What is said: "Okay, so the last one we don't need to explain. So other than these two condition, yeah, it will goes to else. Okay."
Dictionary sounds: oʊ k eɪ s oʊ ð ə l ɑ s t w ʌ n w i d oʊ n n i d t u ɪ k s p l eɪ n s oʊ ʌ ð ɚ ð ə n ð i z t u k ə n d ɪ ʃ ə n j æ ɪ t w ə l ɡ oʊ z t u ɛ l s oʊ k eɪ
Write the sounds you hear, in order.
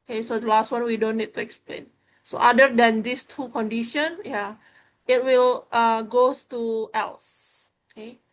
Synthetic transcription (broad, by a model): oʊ k eɪ s oʊ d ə l ɑ s t w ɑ n w i d oʊ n n i d t u ɪ k s p l eɪ n s oʊ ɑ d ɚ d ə n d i s t u k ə n d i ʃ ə n j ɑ ɪ t w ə l ɡ oʊ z t u ɛ l s oʊ k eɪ